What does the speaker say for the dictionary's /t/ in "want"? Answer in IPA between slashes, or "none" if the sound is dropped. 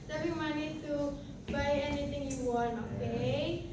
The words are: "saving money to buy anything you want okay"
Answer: none